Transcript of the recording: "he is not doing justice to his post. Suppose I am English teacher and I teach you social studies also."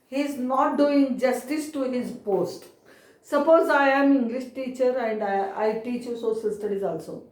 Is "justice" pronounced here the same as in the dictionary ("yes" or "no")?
yes